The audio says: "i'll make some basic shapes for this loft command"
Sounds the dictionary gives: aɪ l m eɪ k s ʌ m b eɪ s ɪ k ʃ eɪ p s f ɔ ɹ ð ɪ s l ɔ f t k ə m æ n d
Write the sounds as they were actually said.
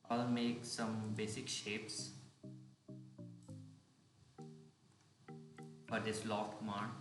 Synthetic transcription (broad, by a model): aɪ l m eɪ k s ʌ m b eɪ s ɪ k ʃ eɪ p s f ɔ ɹ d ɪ s l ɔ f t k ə m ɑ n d